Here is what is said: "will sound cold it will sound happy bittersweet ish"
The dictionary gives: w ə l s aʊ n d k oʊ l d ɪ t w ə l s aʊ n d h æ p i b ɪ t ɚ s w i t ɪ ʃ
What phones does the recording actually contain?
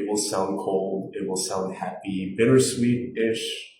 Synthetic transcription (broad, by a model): w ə l s aʊ n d k oʊ l d ɪ t w ə l s aʊ n d h æ p i b ɪ t ɚ s w i t ɪ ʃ